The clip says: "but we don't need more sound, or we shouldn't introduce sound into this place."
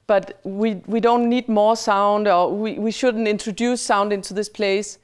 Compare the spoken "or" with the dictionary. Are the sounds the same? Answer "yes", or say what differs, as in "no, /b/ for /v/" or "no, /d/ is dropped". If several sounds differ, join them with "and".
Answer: no, /w/ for /ɹ/